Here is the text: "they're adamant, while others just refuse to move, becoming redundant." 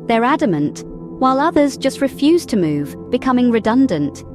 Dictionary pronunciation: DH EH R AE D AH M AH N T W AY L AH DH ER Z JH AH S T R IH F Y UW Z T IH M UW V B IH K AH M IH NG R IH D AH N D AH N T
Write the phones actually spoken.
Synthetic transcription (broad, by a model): DH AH R AE D AH M AH N T W AY L AH DH ER Z JH AH S T R IH F Y UW Z T IH M UW V B IH K AH M IH NG R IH D AH N D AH N T